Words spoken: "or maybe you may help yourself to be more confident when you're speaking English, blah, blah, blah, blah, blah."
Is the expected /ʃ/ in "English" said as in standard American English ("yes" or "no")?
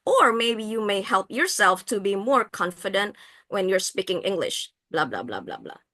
yes